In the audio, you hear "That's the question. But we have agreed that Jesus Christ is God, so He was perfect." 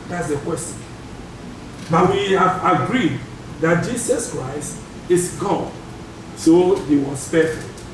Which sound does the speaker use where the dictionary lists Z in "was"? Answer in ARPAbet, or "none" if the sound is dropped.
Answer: S